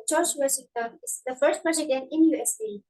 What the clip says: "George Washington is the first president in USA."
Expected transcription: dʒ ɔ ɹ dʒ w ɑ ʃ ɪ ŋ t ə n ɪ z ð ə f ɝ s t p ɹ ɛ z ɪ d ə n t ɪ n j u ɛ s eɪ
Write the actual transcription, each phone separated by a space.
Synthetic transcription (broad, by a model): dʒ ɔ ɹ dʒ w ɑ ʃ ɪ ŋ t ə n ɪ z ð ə f ɝ s t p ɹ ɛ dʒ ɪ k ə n ɪ n j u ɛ s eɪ